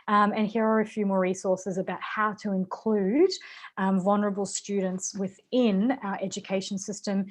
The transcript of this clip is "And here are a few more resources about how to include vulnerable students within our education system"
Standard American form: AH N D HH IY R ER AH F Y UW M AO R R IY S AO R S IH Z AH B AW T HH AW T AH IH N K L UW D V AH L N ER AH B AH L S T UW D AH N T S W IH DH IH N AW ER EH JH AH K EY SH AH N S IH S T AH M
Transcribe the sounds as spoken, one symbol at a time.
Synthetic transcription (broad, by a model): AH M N HH IY R ER AH F Y UW M AO R R IY S AO R S IH Z AH B AW T HH AW T AH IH N K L UW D V AH L N ER AH B AH L S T UW D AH N T S W IH DH IH N AW ER EH JH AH K EY SH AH N S IH S T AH M